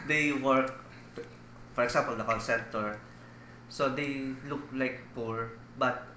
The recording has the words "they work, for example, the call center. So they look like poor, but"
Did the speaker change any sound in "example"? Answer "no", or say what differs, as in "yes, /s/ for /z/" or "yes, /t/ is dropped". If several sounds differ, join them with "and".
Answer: yes, /s/ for /z/